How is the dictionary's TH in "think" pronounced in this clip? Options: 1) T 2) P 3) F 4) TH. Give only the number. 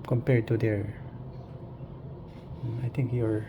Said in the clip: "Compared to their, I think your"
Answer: 1